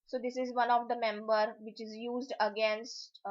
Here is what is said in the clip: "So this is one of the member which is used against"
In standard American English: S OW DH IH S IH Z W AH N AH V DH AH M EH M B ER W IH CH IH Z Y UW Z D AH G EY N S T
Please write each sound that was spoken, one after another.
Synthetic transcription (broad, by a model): S OW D IH S IH Z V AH N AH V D AH M EH M B ER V IH CH IH Z Y UW Z D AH G EY N S T